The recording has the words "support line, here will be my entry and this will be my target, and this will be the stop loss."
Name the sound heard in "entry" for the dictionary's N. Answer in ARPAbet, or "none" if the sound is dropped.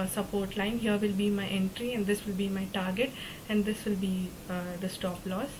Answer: N